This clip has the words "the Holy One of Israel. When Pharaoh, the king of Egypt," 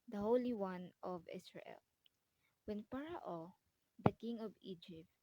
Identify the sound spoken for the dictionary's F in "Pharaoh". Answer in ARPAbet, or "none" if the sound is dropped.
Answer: P